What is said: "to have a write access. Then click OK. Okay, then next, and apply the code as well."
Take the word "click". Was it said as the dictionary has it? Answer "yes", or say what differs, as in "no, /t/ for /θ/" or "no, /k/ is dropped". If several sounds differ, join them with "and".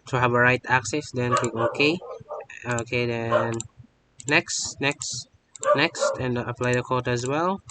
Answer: no, /l/ is dropped